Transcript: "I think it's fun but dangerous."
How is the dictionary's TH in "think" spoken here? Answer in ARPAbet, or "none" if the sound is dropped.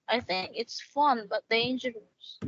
TH